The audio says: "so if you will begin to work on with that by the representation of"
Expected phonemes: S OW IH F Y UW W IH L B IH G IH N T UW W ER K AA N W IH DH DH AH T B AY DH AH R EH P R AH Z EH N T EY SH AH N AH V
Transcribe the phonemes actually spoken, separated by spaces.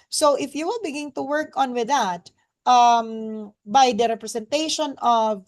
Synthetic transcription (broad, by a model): S OW IH F Y UW W IH L B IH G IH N T UW W ER K AA N W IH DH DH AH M B AY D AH R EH P R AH S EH N T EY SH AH N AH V